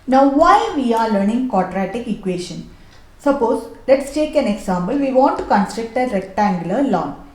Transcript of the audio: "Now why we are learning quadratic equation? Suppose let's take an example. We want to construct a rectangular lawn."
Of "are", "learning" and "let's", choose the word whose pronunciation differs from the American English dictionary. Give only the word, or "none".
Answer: none